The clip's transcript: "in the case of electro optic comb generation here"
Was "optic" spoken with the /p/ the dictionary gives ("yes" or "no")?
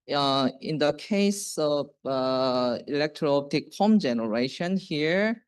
no